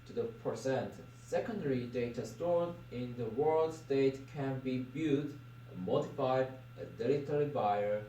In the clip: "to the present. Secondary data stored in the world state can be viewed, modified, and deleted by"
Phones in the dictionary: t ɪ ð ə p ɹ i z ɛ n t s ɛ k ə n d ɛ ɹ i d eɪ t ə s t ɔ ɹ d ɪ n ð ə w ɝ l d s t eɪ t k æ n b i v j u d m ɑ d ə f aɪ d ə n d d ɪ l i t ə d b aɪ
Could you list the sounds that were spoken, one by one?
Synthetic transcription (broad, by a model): t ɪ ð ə p ɹ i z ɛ n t s ɛ k ə n d ɛ ɹ i d eɪ t ə s t ɔ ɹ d ɪ n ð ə w ɝ l d s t eɪ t k æ n b i b j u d m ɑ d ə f aɪ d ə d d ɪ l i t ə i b aɪ